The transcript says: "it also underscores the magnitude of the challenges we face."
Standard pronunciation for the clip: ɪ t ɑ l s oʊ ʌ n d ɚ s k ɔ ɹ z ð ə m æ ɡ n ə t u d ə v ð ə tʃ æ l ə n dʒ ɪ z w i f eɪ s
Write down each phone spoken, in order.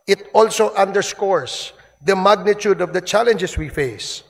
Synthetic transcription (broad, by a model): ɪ t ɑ l s oʊ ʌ n d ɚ s k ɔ ɹ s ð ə m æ ɡ n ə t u d ə v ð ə tʃ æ l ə n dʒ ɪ s w i f eɪ s